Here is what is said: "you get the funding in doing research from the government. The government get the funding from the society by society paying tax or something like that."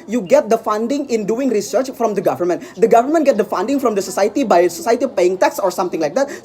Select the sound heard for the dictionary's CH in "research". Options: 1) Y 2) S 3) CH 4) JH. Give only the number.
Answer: 3